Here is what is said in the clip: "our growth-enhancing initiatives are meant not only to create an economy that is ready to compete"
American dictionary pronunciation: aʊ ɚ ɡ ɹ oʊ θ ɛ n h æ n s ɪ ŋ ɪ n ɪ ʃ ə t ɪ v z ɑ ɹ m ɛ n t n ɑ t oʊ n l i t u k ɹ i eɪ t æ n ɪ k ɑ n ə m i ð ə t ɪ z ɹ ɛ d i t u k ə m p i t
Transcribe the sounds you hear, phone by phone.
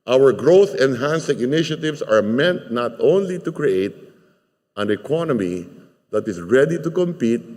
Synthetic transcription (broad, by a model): aʊ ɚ ɡ ɹ oʊ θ ɛ n h æ n s ɪ ŋ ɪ n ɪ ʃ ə t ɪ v s ɑ ɹ m ɛ n t n ɑ t oʊ n l i t u k ɹ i eɪ t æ n ɪ k ɑ n ə m i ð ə t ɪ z ɹ ɛ d i t u k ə m p i t